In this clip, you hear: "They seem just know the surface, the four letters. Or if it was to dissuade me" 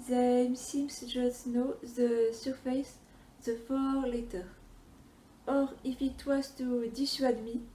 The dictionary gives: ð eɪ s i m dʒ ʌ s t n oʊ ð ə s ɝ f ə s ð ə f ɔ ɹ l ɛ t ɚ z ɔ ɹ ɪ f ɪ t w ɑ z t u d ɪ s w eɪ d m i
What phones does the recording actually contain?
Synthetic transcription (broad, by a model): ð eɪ s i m dʒ ʌ s t n oʊ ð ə s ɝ f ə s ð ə f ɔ l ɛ t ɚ ɔ ɹ ɪ f ɪ t w ɑ z t u d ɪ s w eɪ d m i